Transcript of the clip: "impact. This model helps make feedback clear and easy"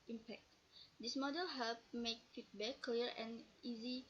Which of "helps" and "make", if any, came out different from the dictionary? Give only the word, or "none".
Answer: helps